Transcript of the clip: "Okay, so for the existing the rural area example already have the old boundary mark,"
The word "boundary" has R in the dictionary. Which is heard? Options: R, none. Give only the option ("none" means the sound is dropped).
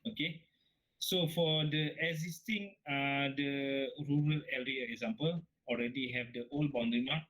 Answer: none